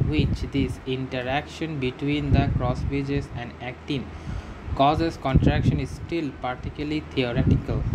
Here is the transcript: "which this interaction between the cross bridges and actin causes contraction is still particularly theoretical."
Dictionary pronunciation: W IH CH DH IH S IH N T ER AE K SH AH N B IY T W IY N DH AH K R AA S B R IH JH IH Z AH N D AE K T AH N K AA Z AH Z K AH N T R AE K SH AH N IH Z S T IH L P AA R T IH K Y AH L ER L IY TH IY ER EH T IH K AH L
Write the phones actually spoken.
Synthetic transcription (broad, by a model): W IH CH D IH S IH N T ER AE K SH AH N B IY T W IY N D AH K R AA S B IH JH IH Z AH N D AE K T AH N K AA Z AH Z K AH N T R AE K SH AH N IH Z S T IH L P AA R T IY K Y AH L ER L IY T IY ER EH T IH K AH L